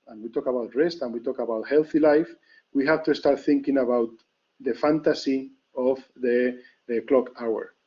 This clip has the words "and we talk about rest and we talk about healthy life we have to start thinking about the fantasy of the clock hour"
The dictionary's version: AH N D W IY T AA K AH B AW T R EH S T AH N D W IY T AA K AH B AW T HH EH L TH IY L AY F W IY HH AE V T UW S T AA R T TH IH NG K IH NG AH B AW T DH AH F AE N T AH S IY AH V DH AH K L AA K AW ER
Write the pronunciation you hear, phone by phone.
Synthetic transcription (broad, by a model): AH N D W IY T AA K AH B AW T R EH S T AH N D W IY T AA K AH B AW T HH EH L TH IY L AY F W IY HH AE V T UW S T AA R T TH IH NG K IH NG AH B AW T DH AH F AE N T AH S IY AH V DH AH K L AA K AW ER